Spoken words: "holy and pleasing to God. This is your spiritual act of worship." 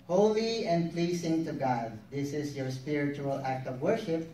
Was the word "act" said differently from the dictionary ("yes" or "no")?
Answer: no